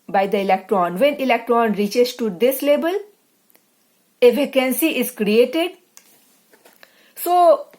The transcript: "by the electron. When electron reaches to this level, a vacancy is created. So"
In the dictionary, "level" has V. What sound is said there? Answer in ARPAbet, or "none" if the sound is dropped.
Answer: B